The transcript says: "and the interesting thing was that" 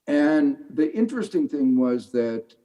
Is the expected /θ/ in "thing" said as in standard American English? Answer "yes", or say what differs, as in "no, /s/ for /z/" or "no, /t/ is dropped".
yes